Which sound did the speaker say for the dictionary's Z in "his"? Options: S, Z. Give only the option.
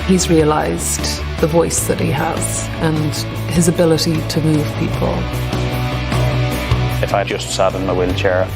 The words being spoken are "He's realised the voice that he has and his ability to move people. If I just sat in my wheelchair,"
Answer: Z